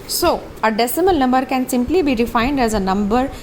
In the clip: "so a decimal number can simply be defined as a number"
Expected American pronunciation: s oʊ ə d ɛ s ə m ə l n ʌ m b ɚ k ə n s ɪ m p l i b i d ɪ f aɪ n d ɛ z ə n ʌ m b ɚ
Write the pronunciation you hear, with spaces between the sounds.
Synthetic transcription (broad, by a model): s oʊ ə d ɛ s ə m ə l n ʌ m b ɚ k ə n s ɪ m p l i b i d ɪ f aɪ n d ɛ z ə n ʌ m b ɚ